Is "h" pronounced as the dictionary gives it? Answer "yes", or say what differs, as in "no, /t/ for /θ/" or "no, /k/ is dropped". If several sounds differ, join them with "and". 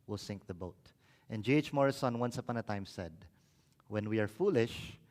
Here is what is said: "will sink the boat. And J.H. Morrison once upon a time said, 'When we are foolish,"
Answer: yes